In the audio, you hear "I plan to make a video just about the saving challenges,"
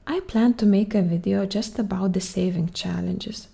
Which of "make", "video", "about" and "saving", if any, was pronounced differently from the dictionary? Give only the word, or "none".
none